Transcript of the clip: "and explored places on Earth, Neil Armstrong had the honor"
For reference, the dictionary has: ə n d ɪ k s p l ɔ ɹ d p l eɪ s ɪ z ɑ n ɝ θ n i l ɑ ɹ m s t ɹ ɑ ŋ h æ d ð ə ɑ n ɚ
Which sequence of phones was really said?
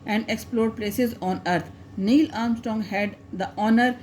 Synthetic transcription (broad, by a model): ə n d ɪ k s p l ɔ ɹ d p l eɪ s ɪ z ɑ n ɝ t n i l ɑ ɹ m s t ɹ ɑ ŋ h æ d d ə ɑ n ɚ